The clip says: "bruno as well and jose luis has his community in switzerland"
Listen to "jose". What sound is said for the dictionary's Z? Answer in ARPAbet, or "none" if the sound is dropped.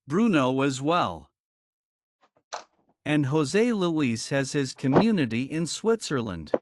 Z